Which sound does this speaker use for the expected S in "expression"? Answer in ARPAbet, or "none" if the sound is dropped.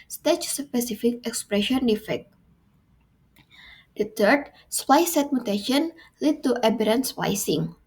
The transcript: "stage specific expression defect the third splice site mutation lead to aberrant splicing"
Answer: S